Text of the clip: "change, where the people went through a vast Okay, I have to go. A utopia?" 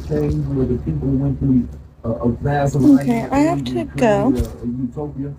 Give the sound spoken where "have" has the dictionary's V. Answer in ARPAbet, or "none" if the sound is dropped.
F